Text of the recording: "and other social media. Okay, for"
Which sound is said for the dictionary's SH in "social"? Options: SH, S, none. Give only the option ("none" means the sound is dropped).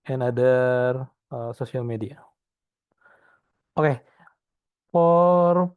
S